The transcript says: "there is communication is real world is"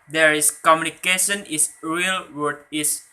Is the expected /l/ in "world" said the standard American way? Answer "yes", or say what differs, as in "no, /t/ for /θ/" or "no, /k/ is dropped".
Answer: no, /l/ is dropped